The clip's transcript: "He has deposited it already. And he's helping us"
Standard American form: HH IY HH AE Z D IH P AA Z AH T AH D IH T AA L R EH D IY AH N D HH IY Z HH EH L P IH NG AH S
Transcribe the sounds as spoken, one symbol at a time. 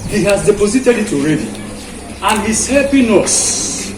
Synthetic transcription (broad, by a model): HH IY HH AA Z D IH P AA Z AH T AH D IH T AA L R EH D IY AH N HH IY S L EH P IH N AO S